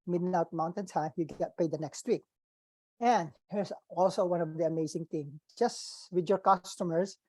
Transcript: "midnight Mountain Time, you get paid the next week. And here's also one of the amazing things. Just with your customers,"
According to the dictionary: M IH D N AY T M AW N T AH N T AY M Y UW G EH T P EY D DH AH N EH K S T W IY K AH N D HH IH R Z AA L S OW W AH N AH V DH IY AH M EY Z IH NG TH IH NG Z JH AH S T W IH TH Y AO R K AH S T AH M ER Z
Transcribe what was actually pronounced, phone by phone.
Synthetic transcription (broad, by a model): M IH D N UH T M AW N T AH N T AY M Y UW G EH T P EY D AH N EH K S T W IY K AH N D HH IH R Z AA L S OW W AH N AH V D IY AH M EY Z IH NG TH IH NG JH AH S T W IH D Y AO R K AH S T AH M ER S